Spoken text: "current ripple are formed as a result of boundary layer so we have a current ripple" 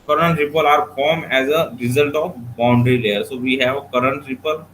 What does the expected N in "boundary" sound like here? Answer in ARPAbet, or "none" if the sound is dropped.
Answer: N